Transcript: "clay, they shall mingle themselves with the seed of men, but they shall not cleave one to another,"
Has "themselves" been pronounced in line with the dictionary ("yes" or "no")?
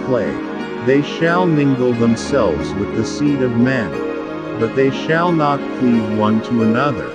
yes